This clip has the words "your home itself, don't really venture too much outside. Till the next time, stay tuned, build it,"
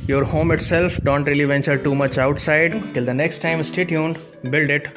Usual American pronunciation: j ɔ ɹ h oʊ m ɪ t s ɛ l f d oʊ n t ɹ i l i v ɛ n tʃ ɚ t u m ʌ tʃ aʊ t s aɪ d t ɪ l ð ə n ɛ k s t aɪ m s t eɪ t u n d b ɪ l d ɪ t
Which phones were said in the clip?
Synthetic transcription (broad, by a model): j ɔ ɹ h oʊ m ɪ t s ɛ l f d oʊ n t ɹ i l i v ɛ n tʃ ɚ t u m ʌ tʃ aʊ t s aɪ d t ɪ l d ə n ɛ k s t aɪ m s t eɪ t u n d b ɪ l d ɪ t